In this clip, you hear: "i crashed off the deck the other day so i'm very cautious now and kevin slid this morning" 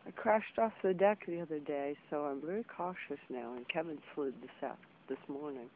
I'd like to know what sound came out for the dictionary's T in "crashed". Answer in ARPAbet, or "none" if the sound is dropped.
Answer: T